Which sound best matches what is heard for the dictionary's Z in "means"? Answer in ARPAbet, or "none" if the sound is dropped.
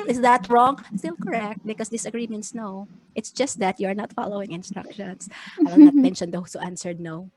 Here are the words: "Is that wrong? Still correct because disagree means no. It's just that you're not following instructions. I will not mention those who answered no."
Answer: S